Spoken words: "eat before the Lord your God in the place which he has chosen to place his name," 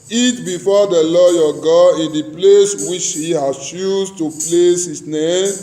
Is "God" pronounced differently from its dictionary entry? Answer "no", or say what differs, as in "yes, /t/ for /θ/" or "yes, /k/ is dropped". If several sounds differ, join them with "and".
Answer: yes, /d/ is dropped